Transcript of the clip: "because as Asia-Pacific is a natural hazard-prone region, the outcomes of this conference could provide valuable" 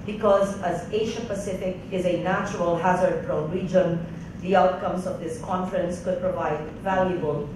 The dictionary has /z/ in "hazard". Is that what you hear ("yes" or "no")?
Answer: yes